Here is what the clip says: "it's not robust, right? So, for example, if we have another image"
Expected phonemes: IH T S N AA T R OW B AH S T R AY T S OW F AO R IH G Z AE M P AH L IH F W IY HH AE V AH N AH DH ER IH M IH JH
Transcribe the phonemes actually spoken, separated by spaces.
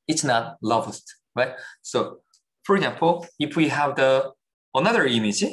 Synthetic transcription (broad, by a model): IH T S N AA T L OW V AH S T R AY T S OW F AO R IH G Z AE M P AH L IH F W IY HH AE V AH N AH DH ER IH M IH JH